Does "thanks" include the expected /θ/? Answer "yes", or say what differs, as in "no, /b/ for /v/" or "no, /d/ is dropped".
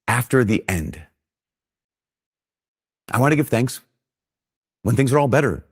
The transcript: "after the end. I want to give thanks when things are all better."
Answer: yes